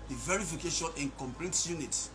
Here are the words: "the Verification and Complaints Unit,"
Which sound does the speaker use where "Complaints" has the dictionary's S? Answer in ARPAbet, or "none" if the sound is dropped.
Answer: none